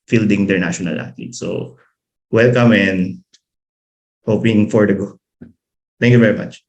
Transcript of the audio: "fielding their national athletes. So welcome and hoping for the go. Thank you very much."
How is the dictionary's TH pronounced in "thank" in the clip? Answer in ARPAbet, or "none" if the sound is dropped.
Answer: T